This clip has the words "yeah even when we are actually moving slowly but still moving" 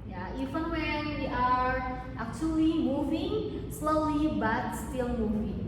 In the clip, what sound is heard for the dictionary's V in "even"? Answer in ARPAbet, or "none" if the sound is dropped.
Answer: F